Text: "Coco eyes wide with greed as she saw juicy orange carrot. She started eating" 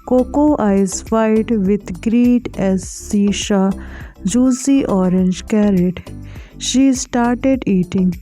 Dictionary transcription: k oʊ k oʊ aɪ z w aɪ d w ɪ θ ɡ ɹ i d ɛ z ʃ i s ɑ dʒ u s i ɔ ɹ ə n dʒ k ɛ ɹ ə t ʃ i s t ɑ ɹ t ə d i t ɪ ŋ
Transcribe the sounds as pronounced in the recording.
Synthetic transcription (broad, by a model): k oʊ k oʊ aɪ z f aɪ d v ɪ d ɡ ɹ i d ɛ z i ʃ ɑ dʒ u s i ɔ ɹ ə n dʒ k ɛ ɹ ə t ʃ i s t ɑ ɹ t ə d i t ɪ ŋ